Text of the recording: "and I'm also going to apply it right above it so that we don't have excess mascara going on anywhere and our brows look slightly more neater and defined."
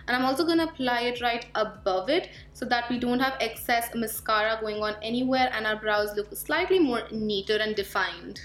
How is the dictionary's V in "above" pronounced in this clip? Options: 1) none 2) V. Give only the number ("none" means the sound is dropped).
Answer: 2